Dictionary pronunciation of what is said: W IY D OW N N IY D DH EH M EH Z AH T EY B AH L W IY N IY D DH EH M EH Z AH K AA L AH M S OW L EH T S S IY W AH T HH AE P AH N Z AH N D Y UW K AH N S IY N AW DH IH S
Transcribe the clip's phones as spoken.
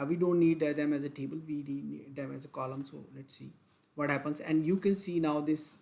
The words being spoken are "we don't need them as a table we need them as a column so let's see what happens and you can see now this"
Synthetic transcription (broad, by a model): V IY D OW N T IY D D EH M EH Z AH T EY B AH L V IY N IY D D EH M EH Z AH K AA L AH M S OW L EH T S S IY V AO T HH AE P AH N Z AH N D Y UW K AH N S IY N AW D IH S